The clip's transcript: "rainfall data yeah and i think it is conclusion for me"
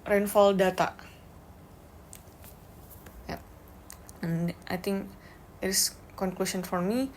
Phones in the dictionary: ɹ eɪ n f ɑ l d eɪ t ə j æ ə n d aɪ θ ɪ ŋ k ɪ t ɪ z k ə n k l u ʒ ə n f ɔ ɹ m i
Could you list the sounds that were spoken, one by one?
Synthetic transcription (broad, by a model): ɹ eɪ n f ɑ l d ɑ t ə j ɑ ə n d aɪ t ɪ ŋ k ɪ t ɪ s k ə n k l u s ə n f ɔ ɹ m i